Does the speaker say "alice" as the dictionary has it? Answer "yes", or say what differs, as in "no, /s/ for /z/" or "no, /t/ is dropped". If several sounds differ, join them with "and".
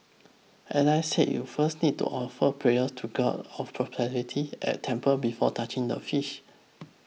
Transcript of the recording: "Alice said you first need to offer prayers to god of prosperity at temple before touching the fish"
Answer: no, /n/ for /l/